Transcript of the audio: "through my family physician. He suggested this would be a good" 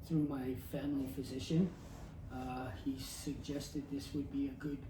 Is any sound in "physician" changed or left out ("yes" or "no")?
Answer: no